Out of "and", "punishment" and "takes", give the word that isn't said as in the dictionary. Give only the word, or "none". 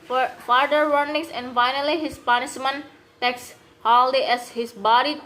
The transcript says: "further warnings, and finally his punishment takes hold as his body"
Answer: punishment